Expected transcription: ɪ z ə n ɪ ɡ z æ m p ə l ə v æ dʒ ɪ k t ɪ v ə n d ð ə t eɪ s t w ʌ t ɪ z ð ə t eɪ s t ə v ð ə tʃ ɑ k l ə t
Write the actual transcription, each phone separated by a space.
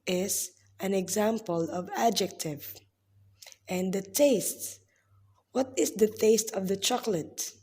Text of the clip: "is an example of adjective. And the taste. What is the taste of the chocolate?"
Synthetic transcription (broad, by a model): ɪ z ə n ɪ ɡ z æ m p ə l ə v æ dʒ ɪ k t ɪ v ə n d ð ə t eɪ s t w ʌ t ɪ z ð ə t eɪ s t ə v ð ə tʃ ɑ k l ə t